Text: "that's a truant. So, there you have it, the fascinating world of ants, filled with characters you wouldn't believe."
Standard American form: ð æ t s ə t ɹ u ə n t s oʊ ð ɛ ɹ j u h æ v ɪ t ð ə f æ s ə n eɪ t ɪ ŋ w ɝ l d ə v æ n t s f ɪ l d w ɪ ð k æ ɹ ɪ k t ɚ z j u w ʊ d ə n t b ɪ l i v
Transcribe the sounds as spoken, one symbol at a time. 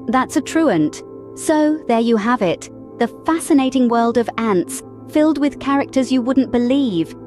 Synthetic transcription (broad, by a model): ð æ t s ə t ɹ u ə n t s oʊ ð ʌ ɹ j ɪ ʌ v ɪ t ð ə f æ s ə n eɪ t ɪ ŋ w ɝ l d ə v æ n t s f ɪ l d w ɪ ð k æ ɹ ɪ k t ɚ z j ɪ w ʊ d n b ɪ l i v